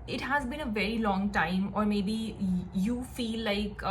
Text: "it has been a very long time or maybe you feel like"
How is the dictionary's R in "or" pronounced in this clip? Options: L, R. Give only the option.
R